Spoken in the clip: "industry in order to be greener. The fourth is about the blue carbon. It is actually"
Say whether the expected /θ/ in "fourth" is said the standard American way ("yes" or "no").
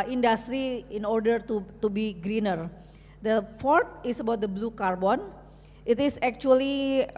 no